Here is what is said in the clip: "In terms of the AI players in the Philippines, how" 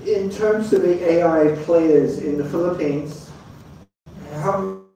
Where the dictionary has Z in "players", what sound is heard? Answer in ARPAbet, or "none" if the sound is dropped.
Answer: Z